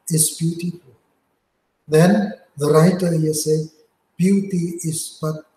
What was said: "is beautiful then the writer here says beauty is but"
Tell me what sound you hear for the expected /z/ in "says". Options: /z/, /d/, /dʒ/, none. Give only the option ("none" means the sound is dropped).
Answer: none